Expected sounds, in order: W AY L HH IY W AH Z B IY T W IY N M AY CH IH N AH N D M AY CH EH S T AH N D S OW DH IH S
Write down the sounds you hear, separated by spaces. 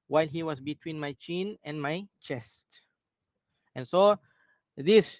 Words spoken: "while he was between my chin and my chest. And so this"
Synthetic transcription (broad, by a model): W AY L HH IY W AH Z B IY T W IY N M AY CH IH N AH N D M AY CH EH S T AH N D S OW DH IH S